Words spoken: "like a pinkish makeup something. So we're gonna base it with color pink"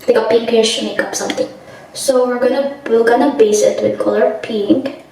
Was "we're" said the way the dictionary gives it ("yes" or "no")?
no